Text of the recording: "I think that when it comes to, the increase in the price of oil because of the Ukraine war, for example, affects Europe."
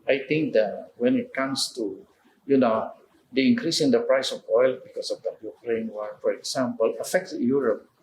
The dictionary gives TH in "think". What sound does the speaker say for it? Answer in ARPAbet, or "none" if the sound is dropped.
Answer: T